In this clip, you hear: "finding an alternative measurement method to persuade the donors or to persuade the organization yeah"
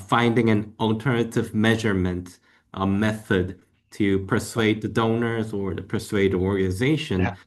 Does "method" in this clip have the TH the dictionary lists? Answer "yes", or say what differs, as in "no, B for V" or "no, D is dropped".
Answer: yes